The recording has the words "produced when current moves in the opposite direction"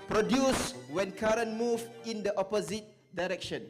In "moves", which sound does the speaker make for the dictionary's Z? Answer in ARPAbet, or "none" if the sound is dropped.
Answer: none